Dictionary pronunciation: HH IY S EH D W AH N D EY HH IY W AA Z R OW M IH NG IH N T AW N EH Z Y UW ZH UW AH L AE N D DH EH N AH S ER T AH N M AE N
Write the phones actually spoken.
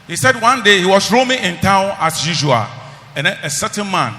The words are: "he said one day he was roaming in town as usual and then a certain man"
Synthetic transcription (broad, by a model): HH IY S EH D W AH N D EY HH IY W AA S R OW M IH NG IH N T AW N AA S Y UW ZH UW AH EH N AH S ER T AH N M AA N